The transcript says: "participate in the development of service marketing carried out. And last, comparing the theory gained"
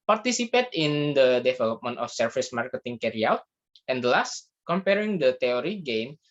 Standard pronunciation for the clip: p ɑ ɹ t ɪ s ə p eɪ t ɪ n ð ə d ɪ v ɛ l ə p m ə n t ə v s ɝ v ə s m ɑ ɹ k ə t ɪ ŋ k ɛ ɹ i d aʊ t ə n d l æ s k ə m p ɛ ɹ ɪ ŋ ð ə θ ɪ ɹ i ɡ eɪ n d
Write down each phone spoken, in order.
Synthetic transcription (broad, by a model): p ɑ ɹ t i s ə p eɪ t ɪ n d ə d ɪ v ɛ l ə p m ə n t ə f s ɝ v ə s m ɑ ɹ k ə t ɪ ŋ k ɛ ɹ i aʊ t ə n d l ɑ s k ə m p ɛ ɹ ɪ ŋ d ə t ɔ ɹ i ɡ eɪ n